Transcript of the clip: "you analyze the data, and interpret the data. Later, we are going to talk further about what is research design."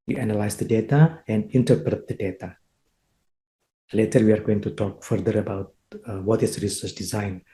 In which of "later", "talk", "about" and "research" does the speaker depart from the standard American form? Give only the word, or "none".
research